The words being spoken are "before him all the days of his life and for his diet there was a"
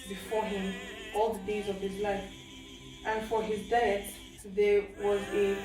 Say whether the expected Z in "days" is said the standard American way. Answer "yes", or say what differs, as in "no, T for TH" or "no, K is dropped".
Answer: yes